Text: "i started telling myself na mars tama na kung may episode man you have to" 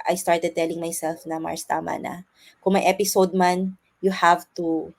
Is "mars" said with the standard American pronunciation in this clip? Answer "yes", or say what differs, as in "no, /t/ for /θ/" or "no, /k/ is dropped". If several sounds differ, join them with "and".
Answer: no, /s/ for /z/